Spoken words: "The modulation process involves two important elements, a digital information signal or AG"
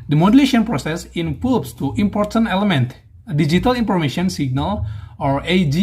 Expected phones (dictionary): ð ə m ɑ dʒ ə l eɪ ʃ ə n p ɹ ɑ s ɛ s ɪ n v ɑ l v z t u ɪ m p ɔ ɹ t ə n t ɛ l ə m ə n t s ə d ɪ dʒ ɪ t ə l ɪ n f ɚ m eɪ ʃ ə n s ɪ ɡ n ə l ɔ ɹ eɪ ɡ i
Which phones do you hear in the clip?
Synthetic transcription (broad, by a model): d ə m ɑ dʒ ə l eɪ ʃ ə n p ɹ ɑ s ɛ s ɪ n f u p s t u ɪ m p ɔ ɹ t ə n t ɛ l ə m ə n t ə d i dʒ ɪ t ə l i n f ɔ m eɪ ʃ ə n s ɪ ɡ n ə l ɔ ɹ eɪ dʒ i